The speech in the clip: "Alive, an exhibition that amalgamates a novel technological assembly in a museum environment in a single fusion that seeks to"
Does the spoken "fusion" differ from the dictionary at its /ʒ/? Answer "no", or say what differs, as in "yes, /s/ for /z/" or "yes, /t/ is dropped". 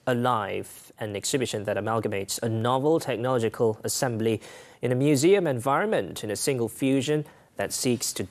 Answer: no